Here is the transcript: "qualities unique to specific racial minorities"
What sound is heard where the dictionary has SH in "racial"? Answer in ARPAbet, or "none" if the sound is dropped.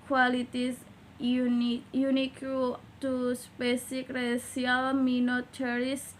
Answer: S